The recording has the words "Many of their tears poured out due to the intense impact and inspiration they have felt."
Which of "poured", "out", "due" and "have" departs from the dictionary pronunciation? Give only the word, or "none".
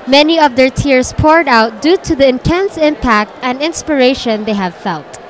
none